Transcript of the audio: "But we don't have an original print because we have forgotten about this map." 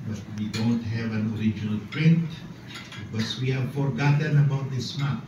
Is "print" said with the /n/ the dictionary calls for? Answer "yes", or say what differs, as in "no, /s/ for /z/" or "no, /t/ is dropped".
yes